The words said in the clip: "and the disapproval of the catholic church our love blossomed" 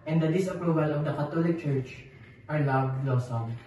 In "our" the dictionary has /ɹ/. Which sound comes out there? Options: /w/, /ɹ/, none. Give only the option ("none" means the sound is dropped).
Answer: /ɹ/